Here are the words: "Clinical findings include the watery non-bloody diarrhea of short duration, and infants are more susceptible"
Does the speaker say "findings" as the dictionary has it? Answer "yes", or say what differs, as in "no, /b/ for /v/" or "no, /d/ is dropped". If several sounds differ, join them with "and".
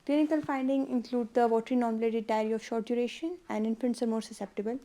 no, /z/ is dropped